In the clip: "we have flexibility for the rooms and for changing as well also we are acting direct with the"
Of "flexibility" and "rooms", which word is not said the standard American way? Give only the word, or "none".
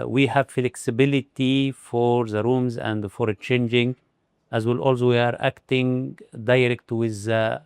none